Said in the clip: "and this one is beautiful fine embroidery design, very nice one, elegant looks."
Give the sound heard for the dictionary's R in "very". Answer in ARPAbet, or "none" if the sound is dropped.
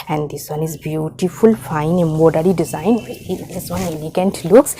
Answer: none